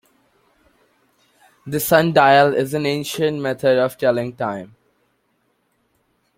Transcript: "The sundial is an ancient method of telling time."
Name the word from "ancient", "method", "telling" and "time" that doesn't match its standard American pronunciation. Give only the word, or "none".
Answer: method